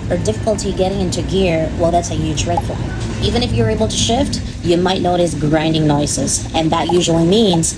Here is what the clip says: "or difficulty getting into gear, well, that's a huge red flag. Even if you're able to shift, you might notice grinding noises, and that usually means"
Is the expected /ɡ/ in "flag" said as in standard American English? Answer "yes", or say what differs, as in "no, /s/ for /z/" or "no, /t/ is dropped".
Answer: no, /ɡ/ is dropped